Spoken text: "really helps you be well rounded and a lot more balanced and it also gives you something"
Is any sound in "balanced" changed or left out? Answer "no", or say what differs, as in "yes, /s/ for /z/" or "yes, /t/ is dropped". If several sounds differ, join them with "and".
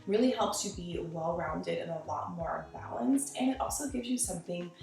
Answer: no